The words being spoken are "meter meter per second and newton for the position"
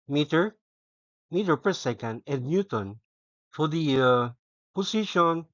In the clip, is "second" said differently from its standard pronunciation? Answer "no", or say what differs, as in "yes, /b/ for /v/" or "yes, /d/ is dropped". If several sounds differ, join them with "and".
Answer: no